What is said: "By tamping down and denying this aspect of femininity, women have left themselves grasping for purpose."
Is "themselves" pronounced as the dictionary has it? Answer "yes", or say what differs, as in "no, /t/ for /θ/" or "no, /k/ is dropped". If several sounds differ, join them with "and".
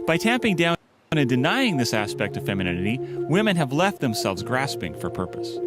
yes